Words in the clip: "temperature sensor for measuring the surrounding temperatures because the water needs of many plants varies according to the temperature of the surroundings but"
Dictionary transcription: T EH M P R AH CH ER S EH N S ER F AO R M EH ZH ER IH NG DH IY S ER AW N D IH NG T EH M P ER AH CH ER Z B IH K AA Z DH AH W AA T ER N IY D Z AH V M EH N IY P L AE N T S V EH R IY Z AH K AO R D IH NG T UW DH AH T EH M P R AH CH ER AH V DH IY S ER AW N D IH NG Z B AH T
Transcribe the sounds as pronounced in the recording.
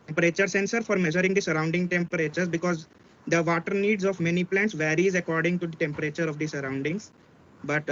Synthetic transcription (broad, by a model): T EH M P R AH CH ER S EH N S ER F AO R M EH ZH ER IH NG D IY S ER AW N D IH NG T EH M P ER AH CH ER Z B IH K AA Z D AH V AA T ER N IY D Z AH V M EH N IY P L AE N T S V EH R IY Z AH K AO R D IH NG T UW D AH T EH M P R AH CH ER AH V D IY S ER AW N D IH NG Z B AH T